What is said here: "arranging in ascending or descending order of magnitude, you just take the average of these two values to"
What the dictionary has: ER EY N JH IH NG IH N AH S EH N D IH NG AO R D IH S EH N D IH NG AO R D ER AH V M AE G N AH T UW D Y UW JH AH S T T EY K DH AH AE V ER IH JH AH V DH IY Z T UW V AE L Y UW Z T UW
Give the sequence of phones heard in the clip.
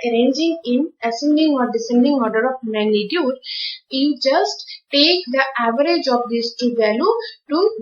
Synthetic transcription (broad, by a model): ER EY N JH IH NG IH N AH S EH N D IH NG AO R D IH S EH N D IH NG AO R D ER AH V M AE G N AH T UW D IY JH AH S T T EY K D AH AE V ER IH JH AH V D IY S T UW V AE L Y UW T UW